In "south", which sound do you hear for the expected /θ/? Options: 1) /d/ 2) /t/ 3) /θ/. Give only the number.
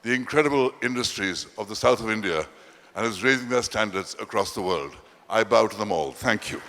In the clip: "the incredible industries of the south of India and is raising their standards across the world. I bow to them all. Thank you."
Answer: 3